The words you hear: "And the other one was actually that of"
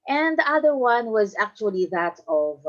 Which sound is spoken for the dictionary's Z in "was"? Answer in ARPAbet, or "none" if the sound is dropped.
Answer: Z